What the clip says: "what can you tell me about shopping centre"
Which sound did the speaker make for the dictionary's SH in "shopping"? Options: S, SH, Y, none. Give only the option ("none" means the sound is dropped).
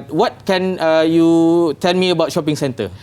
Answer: SH